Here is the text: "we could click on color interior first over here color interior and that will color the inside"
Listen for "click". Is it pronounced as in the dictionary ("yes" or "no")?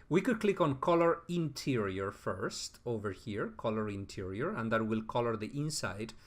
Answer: yes